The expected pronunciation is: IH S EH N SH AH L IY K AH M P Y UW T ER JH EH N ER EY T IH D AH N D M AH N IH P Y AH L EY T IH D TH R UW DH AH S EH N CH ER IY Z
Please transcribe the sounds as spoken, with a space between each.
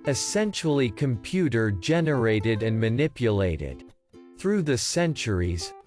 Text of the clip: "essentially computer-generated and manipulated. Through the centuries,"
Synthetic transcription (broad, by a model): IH S EH N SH L IY K AH M P Y UW T ER JH EH N ER EY T IH D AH N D M AH N IH P Y AH L EY T IH D TH R UW DH AH S EH N CH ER IY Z